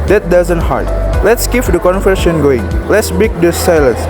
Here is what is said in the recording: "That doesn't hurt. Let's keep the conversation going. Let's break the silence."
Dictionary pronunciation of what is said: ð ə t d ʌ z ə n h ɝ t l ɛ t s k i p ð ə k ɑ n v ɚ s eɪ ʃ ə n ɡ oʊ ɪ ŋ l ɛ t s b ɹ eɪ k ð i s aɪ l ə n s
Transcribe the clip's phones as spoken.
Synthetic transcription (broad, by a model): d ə t d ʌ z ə n h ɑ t l ɛ t s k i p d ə k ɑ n f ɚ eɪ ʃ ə n ɡ oʊ ɪ ŋ l ɛ t s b i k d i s aɪ l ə n s